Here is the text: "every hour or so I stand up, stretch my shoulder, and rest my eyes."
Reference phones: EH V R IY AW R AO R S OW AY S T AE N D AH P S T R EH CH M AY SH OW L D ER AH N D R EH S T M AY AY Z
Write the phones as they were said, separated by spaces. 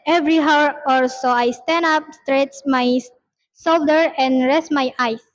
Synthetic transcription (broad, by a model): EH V R IY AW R AO L S OW AY S T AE N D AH P S T R EH CH M AY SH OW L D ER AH N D R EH S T M AY AY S